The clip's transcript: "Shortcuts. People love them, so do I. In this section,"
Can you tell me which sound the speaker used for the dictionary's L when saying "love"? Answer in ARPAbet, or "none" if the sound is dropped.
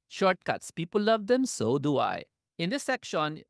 L